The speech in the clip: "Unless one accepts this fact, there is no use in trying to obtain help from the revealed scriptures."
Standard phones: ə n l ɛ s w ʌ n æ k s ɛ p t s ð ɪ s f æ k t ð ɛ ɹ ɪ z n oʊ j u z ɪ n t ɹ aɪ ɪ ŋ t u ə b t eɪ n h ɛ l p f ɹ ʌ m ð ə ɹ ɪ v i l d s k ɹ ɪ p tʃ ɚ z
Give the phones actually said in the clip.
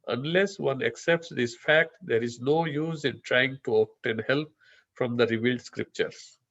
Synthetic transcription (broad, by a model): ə n l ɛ s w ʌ n æ k s ɛ p t s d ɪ s f æ k t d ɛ ɹ ɪ z n oʊ j u z ɪ n t ɹ aɪ ɪ ŋ t u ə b t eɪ n h ɛ l p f ɹ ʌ m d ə ɹ ɪ v i l d s k ɹ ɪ p tʃ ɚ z